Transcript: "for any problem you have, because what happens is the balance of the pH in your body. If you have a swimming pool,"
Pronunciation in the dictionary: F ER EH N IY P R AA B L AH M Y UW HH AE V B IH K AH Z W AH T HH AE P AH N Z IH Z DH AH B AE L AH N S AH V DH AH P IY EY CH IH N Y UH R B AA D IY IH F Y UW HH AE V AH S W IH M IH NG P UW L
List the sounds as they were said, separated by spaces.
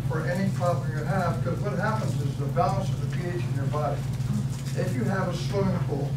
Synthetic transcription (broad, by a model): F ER EH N IY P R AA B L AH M Y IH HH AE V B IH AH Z W AH T HH AE P AH N Z IH Z DH AH B AE L AH N S AH V DH AH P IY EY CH IH N Y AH R B AA D IY IH F Y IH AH V AH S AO IH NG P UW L